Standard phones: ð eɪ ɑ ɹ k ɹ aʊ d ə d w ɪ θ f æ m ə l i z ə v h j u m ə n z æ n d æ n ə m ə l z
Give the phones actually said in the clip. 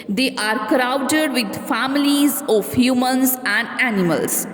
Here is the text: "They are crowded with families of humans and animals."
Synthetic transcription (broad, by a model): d eɪ ɑ ɹ k ɹ aʊ d ə d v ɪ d f æ m ə l i z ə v h j u m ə n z æ n d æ n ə m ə l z